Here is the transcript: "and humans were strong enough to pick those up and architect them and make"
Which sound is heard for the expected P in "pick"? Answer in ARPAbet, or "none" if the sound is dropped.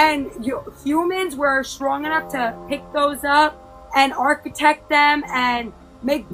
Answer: P